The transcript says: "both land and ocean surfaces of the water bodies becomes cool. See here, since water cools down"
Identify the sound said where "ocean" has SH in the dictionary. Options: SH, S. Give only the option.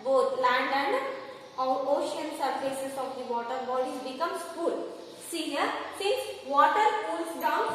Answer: SH